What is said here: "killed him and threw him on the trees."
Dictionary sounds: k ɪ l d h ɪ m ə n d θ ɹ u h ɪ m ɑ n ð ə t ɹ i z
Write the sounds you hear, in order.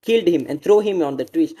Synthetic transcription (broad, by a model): k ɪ l d h ɪ m ə n d t ɹ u h ɪ m ɑ n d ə t ɹ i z